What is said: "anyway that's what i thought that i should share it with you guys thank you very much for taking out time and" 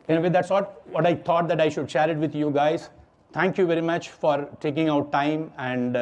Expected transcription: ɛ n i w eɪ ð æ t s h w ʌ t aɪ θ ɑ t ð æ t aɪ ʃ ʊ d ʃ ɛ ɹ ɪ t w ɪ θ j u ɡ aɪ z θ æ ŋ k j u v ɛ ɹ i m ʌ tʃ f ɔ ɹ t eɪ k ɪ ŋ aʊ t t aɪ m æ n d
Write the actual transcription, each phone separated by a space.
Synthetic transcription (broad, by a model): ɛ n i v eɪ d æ t s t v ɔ t aɪ t ɑ t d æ t aɪ ʃ ʊ d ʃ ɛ ɹ ɪ t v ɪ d j u ɡ aɪ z t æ ŋ k j u v ɛ ɹ i m ʌ tʃ f ɔ ɹ t eɪ k ɪ ŋ aʊ t t aɪ m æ n d